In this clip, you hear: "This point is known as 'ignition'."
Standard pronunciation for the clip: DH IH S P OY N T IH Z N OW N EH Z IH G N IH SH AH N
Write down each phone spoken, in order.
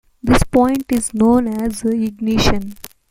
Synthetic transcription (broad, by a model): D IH S P OY N T IH Z N OW N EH Z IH G N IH SH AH N